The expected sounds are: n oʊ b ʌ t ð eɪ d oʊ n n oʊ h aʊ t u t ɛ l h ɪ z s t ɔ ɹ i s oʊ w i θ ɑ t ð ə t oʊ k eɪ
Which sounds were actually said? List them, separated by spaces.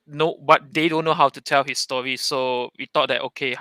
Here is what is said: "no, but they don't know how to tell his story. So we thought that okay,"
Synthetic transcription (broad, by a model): n oʊ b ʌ t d eɪ d oʊ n n oʊ h aʊ t u t ɛ l h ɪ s t ɔ ɹ i s oʊ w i t ɑ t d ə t oʊ k eɪ